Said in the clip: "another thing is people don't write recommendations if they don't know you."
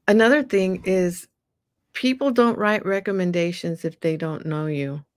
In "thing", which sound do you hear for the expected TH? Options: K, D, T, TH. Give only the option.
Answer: TH